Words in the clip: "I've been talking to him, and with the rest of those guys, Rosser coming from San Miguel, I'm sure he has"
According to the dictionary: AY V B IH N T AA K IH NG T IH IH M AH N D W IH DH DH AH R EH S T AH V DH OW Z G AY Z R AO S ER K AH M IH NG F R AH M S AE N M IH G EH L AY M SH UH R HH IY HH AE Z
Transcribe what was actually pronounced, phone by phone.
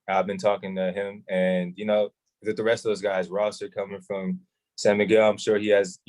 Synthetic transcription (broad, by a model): AY V B IH N T AA K IH NG T IH IH M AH N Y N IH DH DH AH R EH S T AH V DH OW Z G AY Z R AO S ER K AH M IH NG F R AH M S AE M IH G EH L AY M SH UH R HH IY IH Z